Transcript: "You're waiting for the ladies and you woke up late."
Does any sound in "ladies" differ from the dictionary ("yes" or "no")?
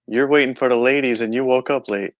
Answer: no